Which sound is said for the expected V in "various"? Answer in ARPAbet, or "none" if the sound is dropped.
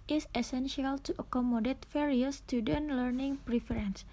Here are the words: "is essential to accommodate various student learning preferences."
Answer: F